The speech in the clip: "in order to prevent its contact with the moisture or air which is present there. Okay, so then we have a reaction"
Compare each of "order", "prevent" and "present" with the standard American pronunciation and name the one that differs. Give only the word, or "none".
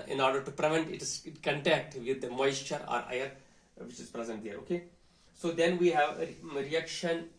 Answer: none